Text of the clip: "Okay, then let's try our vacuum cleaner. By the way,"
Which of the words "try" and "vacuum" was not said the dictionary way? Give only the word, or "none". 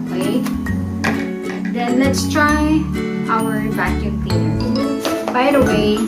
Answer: vacuum